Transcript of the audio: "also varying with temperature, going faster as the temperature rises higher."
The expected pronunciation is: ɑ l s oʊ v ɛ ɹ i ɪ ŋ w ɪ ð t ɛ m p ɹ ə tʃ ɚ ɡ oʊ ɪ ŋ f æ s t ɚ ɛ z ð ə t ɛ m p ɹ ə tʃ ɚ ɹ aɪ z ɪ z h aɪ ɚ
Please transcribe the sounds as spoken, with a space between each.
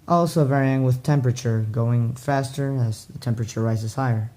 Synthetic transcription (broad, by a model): ɑ l s oʊ v ɛ ɹ i ɪ ŋ w ɪ ð t ɛ m p ɹ ə tʃ ɚ ɡ oʊ ɪ ŋ f æ s t ɚ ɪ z ð ə t ɛ m p ɹ ə tʃ ɚ ɹ aɪ z ɪ z h aɪ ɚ